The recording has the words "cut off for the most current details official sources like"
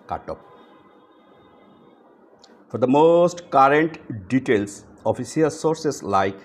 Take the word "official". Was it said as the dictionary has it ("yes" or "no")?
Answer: no